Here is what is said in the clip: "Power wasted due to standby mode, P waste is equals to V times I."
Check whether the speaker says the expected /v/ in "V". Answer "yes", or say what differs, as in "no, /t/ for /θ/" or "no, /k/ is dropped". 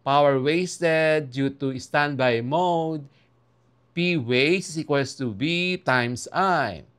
no, /b/ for /v/